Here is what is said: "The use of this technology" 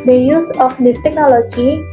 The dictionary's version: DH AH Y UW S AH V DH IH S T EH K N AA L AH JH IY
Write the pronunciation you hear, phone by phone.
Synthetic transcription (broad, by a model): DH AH Y UW S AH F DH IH T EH K N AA L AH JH IY